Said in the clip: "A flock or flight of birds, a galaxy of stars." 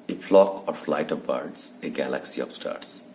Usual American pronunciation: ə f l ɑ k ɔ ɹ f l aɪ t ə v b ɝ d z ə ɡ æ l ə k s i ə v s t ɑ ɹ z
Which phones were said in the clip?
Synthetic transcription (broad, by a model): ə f l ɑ k ɔ ɹ f l aɪ t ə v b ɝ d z ə ɡ æ l ə k s i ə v s t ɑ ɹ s